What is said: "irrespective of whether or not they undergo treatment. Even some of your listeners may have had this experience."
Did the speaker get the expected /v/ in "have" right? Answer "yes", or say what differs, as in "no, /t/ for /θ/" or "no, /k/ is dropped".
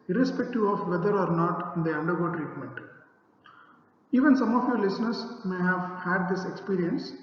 yes